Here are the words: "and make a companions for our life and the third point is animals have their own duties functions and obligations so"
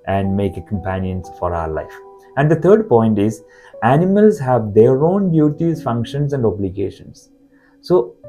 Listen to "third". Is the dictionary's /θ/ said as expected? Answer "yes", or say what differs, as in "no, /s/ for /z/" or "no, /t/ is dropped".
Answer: no, /t/ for /θ/